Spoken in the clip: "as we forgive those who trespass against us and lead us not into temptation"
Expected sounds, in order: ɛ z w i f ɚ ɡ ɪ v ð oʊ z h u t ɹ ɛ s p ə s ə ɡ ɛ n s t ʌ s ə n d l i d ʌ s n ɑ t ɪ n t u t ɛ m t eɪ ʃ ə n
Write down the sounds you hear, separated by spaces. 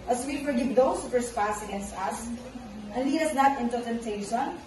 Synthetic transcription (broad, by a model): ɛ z w i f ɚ ɡ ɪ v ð oʊ s h u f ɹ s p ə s ə ɡ ɛ n s t ʌ s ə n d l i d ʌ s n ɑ t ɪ n t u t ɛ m t eɪ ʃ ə n